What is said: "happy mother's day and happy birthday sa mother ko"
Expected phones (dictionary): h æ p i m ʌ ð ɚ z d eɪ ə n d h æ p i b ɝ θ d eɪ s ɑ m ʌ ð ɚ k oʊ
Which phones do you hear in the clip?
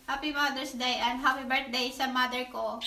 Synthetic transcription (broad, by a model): h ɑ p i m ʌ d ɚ s d eɪ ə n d h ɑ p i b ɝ t d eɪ s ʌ m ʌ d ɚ k oʊ